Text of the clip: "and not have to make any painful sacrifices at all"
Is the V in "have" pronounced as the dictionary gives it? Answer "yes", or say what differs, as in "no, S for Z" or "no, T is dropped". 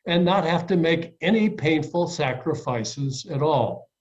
no, F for V